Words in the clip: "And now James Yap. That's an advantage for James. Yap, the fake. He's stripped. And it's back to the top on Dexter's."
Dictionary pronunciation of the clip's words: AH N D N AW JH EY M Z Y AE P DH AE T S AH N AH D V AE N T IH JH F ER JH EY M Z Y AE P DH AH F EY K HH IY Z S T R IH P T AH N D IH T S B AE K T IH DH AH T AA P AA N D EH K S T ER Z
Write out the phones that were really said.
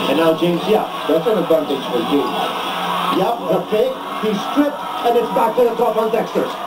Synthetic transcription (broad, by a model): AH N N AW JH EY M Z Y AE P DH AE T S AH N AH D V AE N T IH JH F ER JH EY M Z Y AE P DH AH P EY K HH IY S T R IH P T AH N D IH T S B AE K T IH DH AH T AA P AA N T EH K S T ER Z